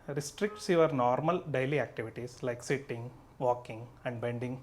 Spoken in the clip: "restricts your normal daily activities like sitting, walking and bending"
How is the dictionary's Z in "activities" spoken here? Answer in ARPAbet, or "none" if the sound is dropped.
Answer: S